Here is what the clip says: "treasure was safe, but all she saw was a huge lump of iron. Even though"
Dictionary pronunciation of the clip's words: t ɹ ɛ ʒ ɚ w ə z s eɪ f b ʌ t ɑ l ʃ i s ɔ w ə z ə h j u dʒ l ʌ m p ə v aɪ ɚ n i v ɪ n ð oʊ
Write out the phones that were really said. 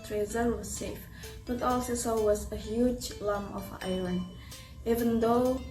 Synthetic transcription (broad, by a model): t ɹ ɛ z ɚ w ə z s eɪ f b ʌ t ɑ l s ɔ s ɔ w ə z ə h j u dʒ l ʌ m ə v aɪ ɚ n i v ɪ n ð oʊ